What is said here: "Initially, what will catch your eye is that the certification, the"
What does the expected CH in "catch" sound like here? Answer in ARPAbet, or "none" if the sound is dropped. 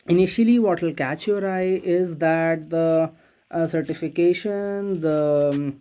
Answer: CH